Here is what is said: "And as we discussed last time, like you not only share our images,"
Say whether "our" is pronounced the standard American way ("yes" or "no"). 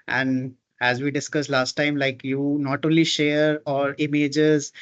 yes